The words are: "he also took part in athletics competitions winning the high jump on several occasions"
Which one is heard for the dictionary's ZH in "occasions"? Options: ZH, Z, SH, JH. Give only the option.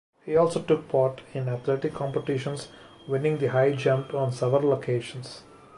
SH